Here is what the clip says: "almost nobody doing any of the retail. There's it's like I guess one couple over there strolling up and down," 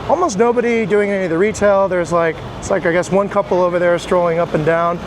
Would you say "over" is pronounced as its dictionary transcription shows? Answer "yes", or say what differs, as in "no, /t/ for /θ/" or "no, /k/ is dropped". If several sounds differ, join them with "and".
yes